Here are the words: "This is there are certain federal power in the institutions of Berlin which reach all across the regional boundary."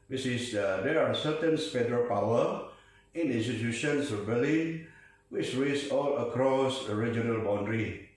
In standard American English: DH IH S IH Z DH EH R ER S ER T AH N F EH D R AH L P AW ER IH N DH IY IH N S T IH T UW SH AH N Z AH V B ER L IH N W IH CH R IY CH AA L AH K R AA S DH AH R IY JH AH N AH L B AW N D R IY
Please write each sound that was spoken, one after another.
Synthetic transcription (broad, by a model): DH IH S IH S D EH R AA S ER T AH N P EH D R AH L P AW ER IH N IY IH N S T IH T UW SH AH N S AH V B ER L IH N W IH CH R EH S AA L AH K R AA S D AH R IY JH AH N AH L B AW N D R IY